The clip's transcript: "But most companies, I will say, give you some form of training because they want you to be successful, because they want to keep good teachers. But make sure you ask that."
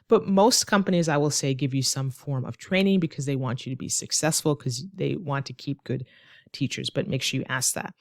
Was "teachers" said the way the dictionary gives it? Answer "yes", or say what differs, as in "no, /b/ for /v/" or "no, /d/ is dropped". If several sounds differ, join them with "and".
yes